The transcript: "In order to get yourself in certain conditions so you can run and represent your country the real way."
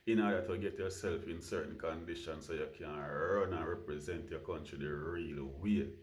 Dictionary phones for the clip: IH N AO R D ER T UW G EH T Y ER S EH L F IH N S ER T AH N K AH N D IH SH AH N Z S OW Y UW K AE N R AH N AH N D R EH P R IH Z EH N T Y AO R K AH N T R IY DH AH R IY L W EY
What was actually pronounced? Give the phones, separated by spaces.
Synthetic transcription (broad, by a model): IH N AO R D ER T UW G EH T Y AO S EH L F IH N S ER T N K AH N D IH SH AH N S OW Y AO K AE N R AH N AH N R EH P R IH Z EH N T Y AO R K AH N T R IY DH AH R IY L W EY